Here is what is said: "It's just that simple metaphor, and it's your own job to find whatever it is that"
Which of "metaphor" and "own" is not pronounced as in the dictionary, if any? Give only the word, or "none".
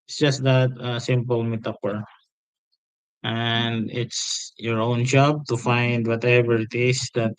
metaphor